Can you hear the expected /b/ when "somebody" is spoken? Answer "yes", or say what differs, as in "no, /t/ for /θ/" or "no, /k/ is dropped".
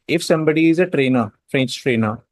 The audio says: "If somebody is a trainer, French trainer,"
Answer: yes